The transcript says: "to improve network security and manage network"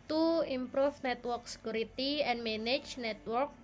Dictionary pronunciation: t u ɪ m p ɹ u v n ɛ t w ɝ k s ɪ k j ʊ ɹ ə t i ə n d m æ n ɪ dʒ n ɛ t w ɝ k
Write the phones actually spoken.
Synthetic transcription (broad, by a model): t u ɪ m p ɹ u f n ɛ t w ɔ k s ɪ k j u ɹ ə t i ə n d m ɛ n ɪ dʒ n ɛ t w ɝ k